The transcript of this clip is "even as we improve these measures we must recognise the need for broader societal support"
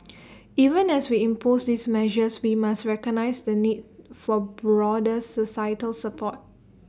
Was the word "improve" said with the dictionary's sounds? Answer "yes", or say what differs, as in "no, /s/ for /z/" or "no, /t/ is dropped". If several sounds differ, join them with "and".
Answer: no, /ɹ/ is dropped